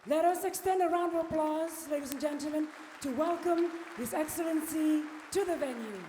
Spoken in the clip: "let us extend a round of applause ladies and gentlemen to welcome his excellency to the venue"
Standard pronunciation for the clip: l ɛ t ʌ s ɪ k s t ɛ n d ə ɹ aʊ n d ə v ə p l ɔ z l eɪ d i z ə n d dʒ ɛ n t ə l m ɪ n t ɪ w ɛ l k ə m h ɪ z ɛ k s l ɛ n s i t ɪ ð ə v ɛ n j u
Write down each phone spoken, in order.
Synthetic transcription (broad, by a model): l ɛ t ʌ s ɪ k s t ɛ n d ə ɹ aʊ n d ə ə p l ɔ z l eɪ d i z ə n dʒ ɛ n t l m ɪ n t ɪ w ɛ l k ə m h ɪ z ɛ k s l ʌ n s i t ɪ ð ə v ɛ n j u